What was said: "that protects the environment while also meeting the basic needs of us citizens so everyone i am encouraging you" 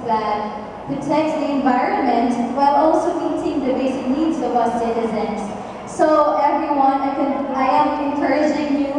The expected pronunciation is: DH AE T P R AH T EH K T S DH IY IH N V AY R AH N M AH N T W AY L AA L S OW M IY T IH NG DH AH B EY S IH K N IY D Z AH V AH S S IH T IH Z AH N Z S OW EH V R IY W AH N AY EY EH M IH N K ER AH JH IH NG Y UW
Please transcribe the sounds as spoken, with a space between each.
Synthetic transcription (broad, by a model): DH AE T P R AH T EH K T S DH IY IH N V AY R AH N M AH N T W AY L AA L S OW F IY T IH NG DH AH B EY S IH K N IY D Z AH W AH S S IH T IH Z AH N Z S OW EH V R IY W AH N AY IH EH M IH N K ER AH JH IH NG Y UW